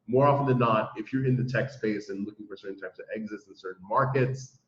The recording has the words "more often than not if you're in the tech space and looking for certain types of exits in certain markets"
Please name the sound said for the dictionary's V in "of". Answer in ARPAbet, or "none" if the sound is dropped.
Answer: V